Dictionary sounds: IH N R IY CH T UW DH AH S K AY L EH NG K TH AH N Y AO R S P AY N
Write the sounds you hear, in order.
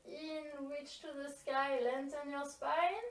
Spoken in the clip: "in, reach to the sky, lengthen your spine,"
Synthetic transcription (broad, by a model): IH N W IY CH T UW DH AH S K AY L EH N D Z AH N Y AO R S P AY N